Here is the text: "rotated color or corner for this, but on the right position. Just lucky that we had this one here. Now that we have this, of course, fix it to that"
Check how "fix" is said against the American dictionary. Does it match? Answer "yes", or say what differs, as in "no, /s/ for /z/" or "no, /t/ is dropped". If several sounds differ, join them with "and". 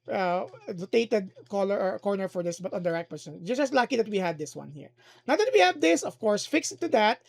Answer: yes